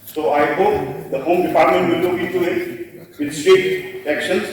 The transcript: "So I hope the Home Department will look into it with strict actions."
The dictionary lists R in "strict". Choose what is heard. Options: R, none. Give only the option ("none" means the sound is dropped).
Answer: none